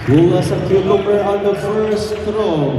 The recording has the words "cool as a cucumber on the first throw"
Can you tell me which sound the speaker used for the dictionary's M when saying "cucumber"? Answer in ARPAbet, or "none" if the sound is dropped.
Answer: none